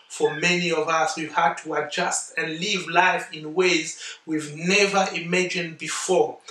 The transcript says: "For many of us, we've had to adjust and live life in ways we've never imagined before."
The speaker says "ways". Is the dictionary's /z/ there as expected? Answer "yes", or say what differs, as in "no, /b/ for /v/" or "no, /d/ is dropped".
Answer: yes